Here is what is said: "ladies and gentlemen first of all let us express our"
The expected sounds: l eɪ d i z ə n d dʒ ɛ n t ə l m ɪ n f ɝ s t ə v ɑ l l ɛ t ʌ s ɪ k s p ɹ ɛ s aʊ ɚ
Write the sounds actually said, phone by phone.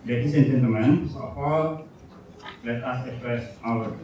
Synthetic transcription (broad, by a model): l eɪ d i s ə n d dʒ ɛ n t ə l m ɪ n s ə f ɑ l l ɛ t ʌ s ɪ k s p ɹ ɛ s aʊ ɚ